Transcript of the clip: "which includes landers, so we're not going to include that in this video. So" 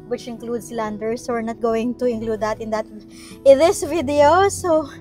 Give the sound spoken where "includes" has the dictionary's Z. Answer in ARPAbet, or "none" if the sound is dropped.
S